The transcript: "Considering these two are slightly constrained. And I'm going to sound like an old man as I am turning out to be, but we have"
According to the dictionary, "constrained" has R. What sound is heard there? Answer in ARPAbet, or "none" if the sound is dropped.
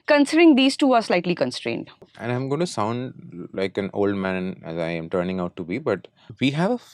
R